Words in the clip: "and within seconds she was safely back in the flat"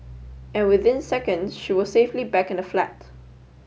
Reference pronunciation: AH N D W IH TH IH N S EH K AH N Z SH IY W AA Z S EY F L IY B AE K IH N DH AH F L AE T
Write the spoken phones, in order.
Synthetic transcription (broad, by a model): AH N W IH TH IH N S EH K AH N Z SH IY W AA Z S EY F L IY B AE K IH N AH F L AE T